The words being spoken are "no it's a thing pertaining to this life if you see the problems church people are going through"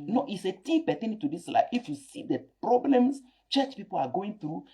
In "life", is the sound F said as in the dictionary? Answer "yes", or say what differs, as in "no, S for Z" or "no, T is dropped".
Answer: no, F is dropped